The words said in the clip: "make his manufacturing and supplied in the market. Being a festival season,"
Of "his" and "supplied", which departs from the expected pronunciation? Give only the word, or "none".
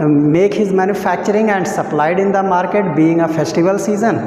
none